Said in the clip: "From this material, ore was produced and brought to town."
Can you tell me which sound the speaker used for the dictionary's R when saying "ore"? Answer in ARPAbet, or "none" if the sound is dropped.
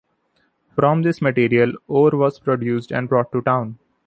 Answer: R